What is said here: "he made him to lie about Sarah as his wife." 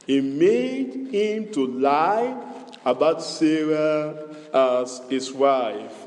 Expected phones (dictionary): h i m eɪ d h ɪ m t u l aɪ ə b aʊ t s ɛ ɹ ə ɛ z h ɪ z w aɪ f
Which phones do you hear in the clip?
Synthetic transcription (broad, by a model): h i m eɪ d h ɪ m t u l aɪ ə b aʊ t s ɛ ɹ ə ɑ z h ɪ s w aɪ f